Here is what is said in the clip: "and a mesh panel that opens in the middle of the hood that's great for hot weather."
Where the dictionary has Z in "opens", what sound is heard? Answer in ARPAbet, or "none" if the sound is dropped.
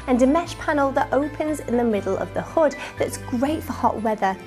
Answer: Z